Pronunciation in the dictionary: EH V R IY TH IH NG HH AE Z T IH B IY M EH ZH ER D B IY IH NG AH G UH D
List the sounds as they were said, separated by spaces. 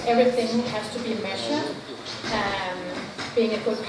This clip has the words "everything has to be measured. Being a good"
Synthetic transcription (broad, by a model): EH V R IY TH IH NG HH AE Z T IH B IY M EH SH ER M B IY IH NG AH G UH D